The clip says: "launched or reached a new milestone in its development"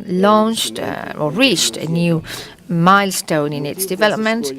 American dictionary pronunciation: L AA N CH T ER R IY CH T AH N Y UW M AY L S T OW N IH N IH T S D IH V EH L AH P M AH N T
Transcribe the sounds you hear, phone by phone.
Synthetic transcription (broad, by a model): L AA N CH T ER R IY CH T AH N Y UW M AY L S T OW N IH N IH T S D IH V EH L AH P M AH N T